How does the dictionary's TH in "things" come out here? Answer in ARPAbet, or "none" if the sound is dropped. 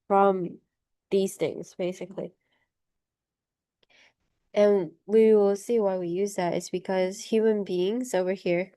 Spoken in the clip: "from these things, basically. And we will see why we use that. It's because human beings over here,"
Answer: TH